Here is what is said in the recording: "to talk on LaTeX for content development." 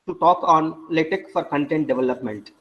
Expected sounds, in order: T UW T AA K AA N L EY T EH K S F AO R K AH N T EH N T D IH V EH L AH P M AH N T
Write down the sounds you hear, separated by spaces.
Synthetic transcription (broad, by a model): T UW T AA K AA N L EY T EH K F AO R K AH N T EH N T D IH V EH L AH P M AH N T